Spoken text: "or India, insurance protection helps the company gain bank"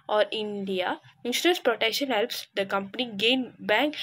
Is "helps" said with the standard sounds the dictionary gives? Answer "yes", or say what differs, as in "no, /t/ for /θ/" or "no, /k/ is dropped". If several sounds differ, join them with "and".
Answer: yes